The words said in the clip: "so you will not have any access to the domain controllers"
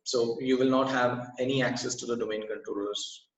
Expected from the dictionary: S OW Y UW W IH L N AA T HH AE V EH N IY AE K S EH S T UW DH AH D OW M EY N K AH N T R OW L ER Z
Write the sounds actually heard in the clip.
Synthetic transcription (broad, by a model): S OW Y UW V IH L N AA T HH AE V EH N IY AE K S EH S T UW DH AH D OW M EY N K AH N T R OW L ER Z